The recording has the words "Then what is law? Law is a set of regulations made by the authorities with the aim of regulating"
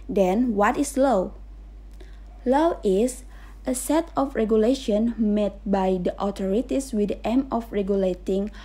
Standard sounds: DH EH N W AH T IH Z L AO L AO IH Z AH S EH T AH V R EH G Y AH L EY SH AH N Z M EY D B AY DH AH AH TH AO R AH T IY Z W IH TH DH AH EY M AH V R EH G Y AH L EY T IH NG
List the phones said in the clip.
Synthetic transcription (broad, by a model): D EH N W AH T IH S L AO L AO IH S AH S EH T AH F R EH G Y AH L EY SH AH N M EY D B AY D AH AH T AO R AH T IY S W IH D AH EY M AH F R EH G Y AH L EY T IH NG